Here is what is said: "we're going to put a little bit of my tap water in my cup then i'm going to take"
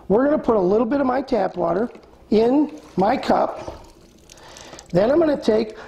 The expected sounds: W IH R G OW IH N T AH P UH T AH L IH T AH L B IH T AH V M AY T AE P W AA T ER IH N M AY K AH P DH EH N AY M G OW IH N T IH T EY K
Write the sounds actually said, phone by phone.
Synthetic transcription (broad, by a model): W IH R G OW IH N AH P UH T AH L IH T L B IH T AH V M AY T AE P W AA T ER IH N M AY K AH P DH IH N AY M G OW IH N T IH T EY K